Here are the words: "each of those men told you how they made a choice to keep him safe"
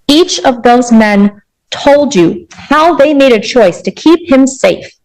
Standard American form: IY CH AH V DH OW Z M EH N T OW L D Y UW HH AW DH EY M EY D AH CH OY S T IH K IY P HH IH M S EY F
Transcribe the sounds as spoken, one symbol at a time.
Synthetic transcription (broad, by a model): IY CH AH V DH OW Z M EH N T OW L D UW HH AW DH EY M EY D AH CH OY S T IH K IY P HH IH M S EY F